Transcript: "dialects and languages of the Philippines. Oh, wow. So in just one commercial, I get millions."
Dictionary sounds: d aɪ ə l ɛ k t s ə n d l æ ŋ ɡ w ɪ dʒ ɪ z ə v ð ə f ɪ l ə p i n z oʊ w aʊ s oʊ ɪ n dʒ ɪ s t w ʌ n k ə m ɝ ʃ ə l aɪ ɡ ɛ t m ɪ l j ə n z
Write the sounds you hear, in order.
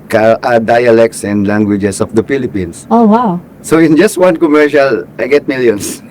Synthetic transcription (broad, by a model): d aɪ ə l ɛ k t s ə n d l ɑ ŋ ɡ w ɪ dʒ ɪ s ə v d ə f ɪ l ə p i n s oʊ w aʊ s oʊ ɪ n dʒ ɪ s t w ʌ n k ə m ɝ ʃ ə l aɪ ɡ ɛ t m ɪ l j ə n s